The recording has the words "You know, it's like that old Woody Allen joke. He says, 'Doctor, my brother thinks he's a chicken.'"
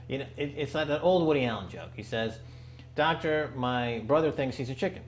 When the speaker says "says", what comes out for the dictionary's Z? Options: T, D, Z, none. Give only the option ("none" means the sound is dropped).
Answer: Z